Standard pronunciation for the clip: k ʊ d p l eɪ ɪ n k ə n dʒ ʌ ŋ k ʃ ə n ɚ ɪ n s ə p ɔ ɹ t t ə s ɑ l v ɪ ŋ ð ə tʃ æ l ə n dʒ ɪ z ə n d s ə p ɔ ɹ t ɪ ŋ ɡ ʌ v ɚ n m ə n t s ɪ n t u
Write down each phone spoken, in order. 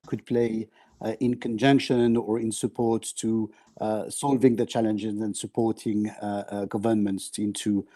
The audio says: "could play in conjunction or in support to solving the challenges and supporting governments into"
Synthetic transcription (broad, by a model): k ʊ d p l eɪ ɪ n k ə n dʒ ʌ ŋ k ʃ ə n ɚ ɪ n s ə p ɔ ɹ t t ə s ɑ l v ɪ ŋ ð ə tʃ æ l ə n dʒ ɪ z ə n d s ə p ɔ ɹ t ɪ ŋ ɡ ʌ v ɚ n m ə n t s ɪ n t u